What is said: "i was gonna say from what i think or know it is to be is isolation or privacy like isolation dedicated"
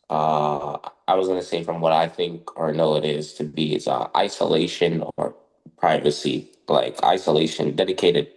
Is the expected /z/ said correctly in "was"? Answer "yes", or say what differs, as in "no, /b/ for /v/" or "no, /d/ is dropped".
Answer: yes